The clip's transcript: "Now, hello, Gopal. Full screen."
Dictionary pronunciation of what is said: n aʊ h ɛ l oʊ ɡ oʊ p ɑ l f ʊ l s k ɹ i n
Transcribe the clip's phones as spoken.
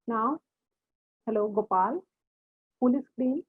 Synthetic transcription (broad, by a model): n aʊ h ɛ l oʊ ɡ oʊ p ɑ l p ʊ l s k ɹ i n